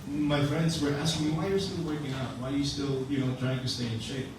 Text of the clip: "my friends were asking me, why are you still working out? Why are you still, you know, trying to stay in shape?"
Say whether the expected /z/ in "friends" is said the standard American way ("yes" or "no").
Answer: yes